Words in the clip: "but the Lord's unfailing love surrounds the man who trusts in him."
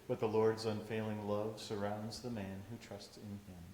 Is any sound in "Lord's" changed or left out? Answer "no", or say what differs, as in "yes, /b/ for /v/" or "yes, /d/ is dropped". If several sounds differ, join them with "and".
no